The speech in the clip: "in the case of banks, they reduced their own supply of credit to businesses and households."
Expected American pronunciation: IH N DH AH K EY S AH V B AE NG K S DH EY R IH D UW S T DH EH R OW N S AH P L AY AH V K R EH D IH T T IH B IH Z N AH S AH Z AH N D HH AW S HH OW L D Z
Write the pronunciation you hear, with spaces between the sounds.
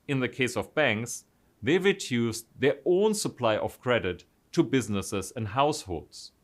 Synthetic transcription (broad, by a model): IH N DH AH K EY S AH V B AE NG K S DH EY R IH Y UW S DH EH R OW N S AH P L AY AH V K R EH D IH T T IH B IH Z N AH S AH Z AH N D HH AW S HH OW L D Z